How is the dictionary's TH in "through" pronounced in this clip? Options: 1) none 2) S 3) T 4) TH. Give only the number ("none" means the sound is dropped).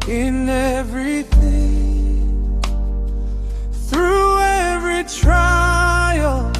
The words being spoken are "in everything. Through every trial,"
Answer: 4